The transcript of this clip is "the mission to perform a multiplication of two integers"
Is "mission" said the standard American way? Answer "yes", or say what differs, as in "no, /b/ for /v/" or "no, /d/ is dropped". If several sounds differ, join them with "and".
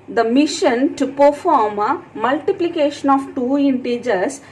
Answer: yes